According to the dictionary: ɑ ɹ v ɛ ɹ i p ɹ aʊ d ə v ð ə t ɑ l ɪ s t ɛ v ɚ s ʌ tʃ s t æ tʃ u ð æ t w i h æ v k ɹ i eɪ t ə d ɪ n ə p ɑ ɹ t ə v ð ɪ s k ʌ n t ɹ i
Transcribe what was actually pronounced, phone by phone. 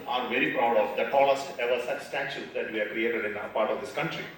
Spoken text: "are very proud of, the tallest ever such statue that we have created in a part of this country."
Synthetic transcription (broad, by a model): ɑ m v ɛ ɹ i p ɹ aʊ d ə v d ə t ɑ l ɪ s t ɛ v ɚ s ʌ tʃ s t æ ʃ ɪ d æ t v i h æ k ɹ i eɪ t ə d ɪ n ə p ɑ ɹ t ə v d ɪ s k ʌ n t ɹ i